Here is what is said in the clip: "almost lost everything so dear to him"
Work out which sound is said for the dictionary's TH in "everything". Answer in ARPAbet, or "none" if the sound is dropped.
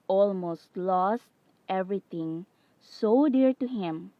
T